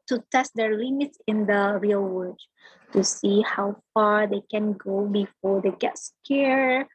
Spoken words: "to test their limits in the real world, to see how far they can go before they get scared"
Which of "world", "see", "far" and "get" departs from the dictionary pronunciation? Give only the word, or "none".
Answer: world